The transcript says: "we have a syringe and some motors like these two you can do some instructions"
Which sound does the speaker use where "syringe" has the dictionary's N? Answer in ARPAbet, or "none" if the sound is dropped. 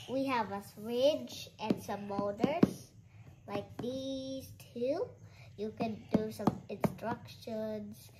none